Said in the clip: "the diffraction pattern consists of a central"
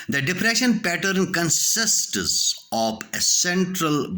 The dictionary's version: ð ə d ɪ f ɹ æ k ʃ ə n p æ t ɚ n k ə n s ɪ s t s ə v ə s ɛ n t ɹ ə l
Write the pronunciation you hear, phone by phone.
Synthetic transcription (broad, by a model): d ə d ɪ p ɹ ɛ ʃ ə n p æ t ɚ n k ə n s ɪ s t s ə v ə s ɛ n t ɹ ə l